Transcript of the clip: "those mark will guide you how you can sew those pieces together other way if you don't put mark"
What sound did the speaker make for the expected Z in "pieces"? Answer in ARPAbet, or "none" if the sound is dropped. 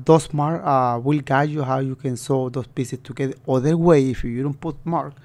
S